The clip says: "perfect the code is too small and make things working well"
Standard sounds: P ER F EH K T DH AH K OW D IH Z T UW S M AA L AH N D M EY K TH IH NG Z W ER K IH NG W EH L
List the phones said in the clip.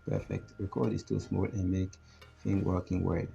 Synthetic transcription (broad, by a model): P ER F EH K T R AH K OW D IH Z T UW S M AA L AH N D M EY K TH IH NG W ER K IH NG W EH